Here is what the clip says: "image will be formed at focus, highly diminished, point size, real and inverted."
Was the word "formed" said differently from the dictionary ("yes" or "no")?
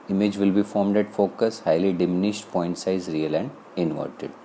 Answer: no